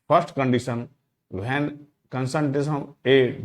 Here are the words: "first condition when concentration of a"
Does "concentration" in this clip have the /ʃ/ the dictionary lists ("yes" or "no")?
no